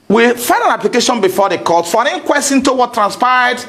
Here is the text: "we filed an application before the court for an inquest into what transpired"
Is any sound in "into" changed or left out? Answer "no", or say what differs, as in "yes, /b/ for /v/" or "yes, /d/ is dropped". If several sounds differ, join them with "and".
no